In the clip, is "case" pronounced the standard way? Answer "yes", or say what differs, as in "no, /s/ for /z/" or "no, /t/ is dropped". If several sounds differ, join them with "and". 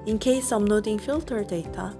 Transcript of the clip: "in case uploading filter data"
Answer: yes